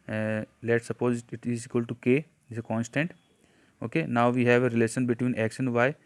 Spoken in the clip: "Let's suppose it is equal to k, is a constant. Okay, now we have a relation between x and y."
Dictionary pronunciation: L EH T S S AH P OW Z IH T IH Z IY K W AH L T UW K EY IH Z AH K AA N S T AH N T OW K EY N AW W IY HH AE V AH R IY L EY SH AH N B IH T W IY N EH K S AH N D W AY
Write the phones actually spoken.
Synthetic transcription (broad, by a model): L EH T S S AH P OW Z IH T IH Z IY K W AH L T UW K EY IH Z AH K AA N S T AH N T OW K EY N AW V IY HH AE V AH R IY L EY SH AH N B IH T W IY N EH K SH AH N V AY